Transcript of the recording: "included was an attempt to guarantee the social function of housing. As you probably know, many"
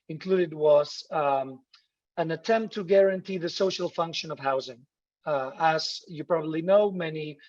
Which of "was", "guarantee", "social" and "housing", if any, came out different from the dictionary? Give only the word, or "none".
none